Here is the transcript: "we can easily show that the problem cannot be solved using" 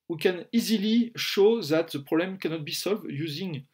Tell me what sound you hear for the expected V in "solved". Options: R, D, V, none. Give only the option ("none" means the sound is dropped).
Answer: V